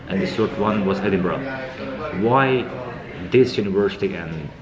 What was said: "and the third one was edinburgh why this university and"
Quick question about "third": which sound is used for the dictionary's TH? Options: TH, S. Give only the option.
S